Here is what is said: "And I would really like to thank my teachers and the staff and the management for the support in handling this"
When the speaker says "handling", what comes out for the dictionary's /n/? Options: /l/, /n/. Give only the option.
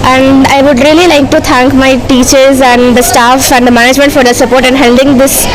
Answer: /l/